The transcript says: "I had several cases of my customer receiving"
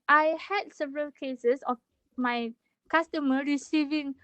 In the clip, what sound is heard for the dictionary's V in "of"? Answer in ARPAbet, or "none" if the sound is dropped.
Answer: F